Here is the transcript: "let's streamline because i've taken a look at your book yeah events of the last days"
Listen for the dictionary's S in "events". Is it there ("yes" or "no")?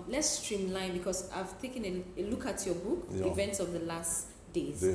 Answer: yes